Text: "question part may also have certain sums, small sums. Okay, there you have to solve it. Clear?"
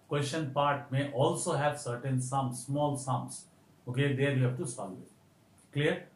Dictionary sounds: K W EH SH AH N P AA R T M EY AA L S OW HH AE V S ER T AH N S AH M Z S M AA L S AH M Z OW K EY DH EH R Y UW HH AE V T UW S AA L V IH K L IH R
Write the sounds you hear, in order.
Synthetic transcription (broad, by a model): K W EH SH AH N P AA R T M EY AA L S OW HH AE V S ER T AH N S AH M S M AA L S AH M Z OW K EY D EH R Y UW HH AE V T UW S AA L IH K L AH R